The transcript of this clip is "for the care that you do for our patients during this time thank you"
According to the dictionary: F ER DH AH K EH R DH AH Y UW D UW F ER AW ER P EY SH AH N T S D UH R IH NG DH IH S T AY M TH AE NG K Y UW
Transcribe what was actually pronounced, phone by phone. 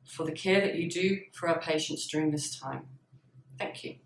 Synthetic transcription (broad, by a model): F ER DH AH K EH DH AH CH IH D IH F ER AW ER P EY SH AH N T S D UH R IH NG DH IH S T AY M TH AE NG K Y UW